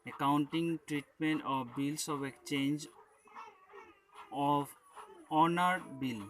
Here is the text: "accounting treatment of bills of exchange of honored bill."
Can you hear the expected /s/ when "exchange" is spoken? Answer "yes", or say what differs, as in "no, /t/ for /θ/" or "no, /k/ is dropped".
no, /s/ is dropped